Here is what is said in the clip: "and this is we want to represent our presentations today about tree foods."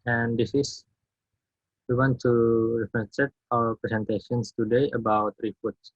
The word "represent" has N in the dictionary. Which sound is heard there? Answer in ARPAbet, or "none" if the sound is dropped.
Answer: none